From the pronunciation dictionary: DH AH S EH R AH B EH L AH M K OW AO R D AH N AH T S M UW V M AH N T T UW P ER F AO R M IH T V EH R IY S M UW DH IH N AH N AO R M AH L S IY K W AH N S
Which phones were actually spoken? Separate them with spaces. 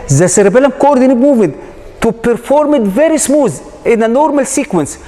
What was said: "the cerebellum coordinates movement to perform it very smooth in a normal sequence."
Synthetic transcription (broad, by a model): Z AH S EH R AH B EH L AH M K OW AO R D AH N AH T M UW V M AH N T T UW P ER F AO R M IH T V EH R IY S M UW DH IH N AH N AO R M AH L S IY K W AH N S